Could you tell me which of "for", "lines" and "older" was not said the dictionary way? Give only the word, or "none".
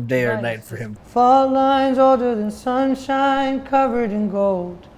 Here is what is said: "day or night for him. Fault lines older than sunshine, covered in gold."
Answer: none